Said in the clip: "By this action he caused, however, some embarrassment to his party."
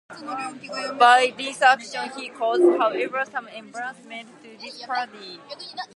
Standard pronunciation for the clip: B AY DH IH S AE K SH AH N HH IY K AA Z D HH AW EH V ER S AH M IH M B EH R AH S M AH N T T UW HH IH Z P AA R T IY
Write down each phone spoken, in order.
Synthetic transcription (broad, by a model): B AY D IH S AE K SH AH N HH IY K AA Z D HH AW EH V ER S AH M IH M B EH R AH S M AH N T T UW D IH S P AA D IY